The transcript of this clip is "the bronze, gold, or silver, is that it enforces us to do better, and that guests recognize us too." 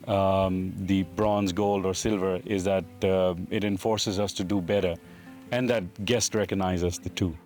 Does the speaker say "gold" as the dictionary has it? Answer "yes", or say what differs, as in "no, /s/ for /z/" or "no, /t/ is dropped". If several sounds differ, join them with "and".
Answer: yes